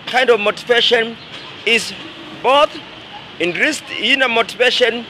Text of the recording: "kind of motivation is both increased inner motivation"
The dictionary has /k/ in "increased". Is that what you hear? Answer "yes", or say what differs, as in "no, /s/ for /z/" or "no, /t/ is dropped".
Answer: no, /k/ is dropped